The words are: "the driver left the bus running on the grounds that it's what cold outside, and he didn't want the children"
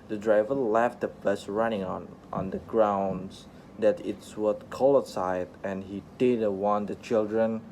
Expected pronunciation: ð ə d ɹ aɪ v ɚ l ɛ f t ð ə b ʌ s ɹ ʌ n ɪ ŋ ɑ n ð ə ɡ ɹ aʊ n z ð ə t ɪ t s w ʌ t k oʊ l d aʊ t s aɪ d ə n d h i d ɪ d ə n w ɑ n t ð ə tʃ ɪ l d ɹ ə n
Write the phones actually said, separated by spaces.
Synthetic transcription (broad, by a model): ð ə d ɹ aɪ v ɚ l ɛ f t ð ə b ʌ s ɹ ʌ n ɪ ŋ ɑ n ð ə ɡ ɹ aʊ n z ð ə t ɪ t s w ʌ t k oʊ l ʌ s aɪ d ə n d h i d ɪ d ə w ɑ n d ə tʃ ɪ l d ɹ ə n